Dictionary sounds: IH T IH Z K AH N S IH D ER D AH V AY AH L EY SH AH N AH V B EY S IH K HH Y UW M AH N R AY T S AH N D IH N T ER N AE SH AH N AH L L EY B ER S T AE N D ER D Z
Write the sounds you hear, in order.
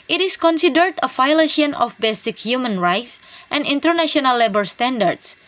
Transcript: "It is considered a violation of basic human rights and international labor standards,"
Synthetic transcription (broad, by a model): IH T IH S K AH N S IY D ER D AH F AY L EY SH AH N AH F B EY S IH K HH Y UW M AH N R AY T S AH N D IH N T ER N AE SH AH N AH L L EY B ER S T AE N D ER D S